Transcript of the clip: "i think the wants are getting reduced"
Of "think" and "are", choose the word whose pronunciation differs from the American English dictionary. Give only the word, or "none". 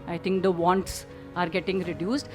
think